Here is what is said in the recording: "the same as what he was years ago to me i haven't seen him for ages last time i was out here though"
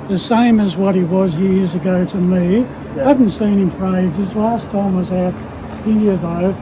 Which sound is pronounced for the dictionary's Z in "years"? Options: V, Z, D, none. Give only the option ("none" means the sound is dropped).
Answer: Z